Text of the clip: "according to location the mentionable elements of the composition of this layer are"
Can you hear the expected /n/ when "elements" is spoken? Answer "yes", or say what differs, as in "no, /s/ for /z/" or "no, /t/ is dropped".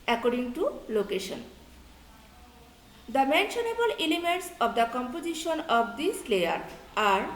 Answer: no, /n/ is dropped